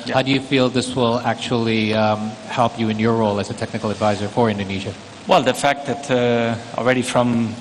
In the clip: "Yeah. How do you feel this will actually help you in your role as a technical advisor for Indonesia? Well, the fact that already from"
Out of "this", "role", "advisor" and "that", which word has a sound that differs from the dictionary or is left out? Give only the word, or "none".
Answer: none